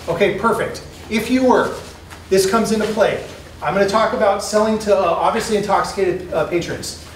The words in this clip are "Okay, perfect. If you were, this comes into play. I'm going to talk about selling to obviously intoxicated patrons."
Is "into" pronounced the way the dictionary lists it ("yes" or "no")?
yes